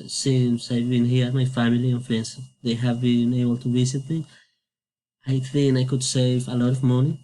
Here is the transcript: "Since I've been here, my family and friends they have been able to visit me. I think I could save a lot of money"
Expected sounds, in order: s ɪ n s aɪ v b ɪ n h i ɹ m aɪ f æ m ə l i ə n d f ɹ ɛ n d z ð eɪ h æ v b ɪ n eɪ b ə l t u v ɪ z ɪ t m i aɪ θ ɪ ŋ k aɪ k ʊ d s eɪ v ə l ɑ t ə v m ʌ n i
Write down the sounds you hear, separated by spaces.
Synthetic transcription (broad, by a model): s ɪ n s aɪ v b ɪ n h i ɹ m aɪ f æ m ə l i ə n f ɹ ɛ n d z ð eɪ h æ v b ɪ n eɪ b ə l t u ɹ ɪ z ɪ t m i aɪ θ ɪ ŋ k aɪ k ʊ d s eɪ v ə l ɑ t ə v m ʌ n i